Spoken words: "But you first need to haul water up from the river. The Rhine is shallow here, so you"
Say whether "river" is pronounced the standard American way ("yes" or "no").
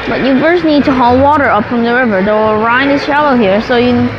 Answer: yes